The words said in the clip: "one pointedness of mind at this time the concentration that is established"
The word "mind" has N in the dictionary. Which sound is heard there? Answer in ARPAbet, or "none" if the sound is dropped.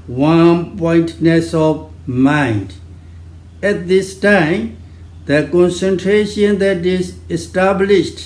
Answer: N